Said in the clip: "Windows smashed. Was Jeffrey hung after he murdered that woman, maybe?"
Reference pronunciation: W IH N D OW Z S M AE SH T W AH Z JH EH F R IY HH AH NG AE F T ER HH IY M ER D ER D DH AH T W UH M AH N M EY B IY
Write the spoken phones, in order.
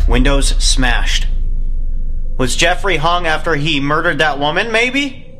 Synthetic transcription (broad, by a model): W IH N D OW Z S M AE SH T W AH Z JH EH F R IY HH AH NG AE F T ER IY M ER D ER D DH AH T W UH M AH N M EY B IY